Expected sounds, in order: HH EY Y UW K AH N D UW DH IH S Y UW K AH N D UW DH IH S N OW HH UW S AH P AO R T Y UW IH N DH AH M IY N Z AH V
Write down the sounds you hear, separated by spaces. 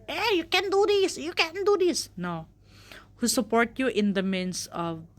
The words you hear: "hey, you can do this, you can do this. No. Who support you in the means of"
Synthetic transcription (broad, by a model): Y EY Y UW K AH N D UW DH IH S Y UW K AH N D UW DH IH S N OW HH UW S AH P AO R T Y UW IH N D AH M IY N S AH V